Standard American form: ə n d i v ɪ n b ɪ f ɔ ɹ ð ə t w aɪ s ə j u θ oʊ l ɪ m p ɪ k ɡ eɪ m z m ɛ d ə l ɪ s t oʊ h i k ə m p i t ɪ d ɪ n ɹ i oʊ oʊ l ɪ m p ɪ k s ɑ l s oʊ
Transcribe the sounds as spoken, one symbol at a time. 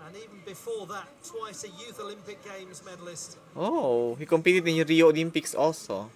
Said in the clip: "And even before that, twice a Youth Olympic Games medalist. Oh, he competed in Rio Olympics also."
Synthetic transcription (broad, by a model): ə n i v ɪ n b ɪ f ɔ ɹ ð ə t w aɪ s ə j u θ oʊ l ɪ m p ɪ k ɡ eɪ m z m ɛ d ə l ɪ s t oʊ h i k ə m p i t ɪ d ɪ n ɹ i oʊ oʊ l ɪ m p ɪ k s ɑ l s oʊ